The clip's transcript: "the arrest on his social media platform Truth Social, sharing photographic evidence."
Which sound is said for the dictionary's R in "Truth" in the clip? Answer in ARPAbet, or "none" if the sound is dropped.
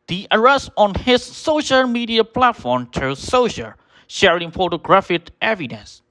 none